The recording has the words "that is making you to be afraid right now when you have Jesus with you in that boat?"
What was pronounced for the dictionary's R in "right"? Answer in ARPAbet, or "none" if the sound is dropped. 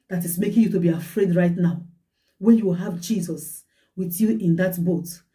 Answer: R